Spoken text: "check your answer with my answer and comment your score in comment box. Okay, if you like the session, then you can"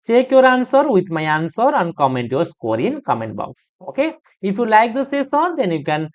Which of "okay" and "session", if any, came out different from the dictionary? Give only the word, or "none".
session